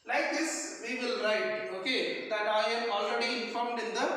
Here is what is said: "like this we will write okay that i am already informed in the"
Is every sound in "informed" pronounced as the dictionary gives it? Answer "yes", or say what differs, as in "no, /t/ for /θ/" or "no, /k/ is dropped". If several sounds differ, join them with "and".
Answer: yes